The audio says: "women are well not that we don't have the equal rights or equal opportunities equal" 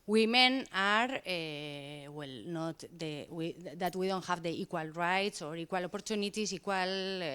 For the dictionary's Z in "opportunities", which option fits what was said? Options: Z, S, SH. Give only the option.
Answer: S